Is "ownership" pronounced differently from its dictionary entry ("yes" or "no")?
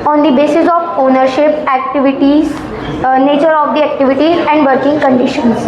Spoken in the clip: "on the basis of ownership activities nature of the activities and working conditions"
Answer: no